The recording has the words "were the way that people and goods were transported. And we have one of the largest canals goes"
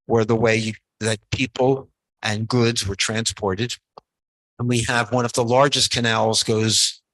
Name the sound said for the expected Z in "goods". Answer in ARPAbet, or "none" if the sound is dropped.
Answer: Z